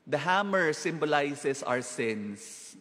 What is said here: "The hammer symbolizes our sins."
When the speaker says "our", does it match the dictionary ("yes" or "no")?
no